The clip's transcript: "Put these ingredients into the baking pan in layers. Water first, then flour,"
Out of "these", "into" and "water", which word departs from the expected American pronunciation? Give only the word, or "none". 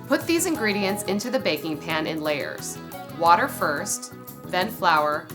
none